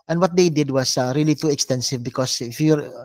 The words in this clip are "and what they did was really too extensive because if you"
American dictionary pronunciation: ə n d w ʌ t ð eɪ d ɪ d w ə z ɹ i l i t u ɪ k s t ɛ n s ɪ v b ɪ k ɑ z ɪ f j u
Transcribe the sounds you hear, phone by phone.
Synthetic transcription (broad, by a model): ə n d w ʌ t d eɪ d ɪ d w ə s ɹ i l i t u ɪ k s t ɛ n s ɪ v b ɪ k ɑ s ɪ f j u